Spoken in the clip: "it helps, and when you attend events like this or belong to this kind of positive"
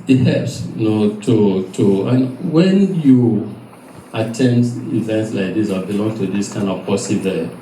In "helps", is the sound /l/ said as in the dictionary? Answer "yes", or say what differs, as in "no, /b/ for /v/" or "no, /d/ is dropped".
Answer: no, /l/ is dropped